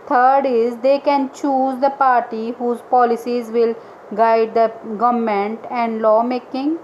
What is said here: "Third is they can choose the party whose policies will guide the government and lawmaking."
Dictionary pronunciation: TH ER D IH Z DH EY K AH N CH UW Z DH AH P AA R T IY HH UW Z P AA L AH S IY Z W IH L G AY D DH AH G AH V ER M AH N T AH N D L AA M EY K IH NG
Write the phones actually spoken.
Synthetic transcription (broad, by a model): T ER D IH Z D EY K AH N CH UW Z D AH P AA R T IY HH UW Z P AA L AH S IY Z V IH L G AY D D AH G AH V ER M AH N T AH N D L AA M EY K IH NG